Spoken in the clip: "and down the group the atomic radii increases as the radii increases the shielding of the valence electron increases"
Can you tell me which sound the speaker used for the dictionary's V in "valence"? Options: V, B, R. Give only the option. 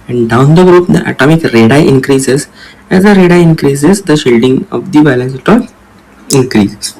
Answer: B